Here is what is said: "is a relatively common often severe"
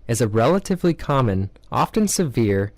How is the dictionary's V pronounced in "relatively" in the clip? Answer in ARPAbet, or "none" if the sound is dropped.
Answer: V